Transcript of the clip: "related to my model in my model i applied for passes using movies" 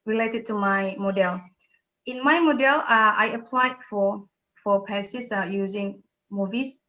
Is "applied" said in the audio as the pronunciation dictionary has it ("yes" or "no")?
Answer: yes